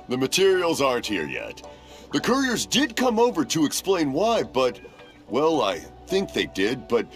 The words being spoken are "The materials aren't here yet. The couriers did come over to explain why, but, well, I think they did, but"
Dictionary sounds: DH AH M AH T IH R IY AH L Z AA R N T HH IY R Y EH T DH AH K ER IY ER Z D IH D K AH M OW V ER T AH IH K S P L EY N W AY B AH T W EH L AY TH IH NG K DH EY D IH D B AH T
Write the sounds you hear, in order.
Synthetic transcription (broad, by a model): DH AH M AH T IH R IY L Z AA R N T HH IY R Y EH T DH AH K ER IY ER Z D IH D K AH M OW V ER T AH IH K S P L EY N W AY B AH T W EH L AY TH IH NG K DH EY D IH D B AH T